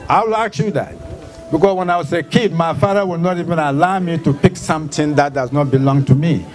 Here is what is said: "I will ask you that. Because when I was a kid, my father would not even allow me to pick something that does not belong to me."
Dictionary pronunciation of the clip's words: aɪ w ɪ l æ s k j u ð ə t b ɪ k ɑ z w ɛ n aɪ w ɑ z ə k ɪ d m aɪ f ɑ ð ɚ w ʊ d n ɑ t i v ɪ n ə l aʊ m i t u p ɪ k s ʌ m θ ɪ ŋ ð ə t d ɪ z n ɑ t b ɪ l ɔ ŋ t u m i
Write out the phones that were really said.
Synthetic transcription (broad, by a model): aɪ w ɪ l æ k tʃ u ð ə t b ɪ k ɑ s w ɛ n aɪ w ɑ s ə k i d m aɪ f ɑ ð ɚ w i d n ɑ t i v ɪ n ə l aʊ m i t u p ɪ k s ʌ m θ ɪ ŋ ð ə t d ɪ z n ɑ t b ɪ l ɔ ŋ t u m i